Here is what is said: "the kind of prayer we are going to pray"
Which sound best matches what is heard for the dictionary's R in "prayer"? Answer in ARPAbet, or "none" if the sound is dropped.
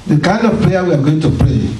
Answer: L